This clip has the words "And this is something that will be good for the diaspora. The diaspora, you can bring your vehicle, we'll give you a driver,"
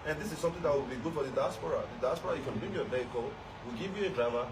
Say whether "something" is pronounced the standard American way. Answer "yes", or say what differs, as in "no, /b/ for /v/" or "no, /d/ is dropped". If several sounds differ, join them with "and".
no, /t/ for /θ/